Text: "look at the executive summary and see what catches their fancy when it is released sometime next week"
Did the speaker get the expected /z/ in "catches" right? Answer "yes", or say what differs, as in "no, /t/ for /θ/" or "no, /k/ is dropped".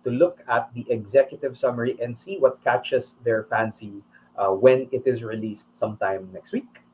no, /s/ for /z/